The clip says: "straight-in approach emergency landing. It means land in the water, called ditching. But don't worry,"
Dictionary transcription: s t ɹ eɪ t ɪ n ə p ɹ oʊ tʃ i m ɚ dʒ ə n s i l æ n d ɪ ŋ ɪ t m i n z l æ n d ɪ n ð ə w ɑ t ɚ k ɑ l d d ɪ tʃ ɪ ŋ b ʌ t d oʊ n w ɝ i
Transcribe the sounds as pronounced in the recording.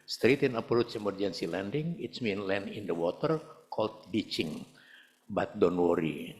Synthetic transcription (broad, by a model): s t ɹ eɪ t ɪ n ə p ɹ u s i m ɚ dʒ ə n s i l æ n d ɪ ŋ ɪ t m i n l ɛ n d ɪ n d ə w ɑ t ɚ k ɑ l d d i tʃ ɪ ŋ b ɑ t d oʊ n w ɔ i